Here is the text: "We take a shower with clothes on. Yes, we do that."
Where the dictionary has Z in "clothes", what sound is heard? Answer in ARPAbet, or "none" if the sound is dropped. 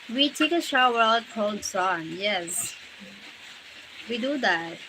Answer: S